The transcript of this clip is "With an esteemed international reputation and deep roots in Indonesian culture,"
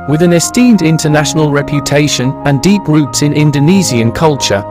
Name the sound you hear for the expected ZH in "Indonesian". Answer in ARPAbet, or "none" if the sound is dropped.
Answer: Z